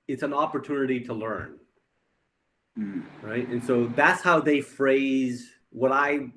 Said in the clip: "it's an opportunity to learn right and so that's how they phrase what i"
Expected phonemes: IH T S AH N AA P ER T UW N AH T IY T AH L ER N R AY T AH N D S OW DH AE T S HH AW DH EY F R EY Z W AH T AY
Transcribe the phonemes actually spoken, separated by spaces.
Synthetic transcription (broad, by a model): IH T S AH N AA P ER T UW N AH T IY T AH L ER N R AY T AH N S OW DH AE T S HH AW DH EY F R EY Z W AH T AY